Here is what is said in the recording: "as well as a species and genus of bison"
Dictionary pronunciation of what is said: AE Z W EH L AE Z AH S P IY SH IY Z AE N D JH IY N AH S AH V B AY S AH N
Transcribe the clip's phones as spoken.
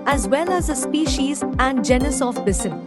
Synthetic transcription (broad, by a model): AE Z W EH L AE Z AH S P IY SH IY Z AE N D JH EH N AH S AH F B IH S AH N